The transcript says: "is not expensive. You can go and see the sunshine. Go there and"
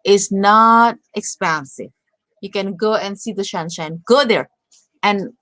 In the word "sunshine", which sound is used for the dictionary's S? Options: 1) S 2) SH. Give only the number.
2